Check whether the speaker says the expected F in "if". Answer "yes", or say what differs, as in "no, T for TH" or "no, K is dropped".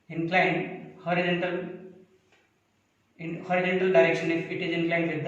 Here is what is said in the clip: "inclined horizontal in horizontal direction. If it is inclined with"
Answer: no, P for F